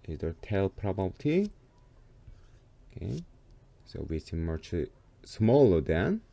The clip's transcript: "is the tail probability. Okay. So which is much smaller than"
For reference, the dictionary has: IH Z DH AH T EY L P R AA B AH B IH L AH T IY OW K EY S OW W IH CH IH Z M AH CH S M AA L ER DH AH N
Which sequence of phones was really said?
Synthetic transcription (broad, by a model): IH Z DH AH T EY L P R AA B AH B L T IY OW K EY S OW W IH S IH M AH CH S M AA L ER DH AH N